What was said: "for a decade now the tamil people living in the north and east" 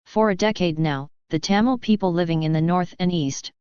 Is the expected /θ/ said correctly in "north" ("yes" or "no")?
yes